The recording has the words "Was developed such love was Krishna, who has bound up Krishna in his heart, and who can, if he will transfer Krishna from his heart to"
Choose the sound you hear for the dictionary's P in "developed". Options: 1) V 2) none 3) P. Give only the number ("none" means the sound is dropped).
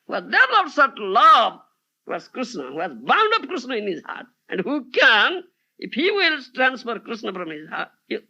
2